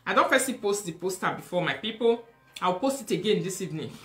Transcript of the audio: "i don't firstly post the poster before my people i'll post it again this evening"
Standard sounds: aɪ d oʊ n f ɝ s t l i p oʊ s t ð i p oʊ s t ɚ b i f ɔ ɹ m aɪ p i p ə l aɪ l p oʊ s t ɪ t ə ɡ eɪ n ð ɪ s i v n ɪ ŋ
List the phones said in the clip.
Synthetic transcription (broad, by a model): aɪ d oʊ n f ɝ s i p oʊ s t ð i p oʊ s t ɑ b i f ɔ m aɪ p i p ə l aɪ w p oʊ s t ɪ t ə ɡ eɪ n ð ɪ s i v n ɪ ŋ